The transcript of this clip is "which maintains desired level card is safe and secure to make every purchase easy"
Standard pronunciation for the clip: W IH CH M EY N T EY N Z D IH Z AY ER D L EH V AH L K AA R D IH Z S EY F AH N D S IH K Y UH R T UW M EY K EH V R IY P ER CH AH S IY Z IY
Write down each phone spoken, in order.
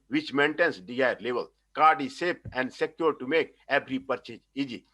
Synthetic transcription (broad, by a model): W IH CH M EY N T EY N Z D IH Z AY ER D L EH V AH L K AA R D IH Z S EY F AH N D S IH K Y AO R T UW M EY K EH B R IY P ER CH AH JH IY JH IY